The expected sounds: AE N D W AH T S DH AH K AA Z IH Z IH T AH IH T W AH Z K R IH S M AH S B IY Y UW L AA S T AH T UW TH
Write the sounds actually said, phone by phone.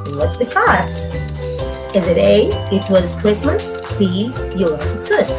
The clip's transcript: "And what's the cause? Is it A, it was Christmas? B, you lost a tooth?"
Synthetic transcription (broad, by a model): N W AH T S DH AH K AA S IH Z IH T AH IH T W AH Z K R IH S M AH S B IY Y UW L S AH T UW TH